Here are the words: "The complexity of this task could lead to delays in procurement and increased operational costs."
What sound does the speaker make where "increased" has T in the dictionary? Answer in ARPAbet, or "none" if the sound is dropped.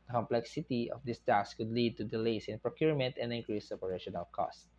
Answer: none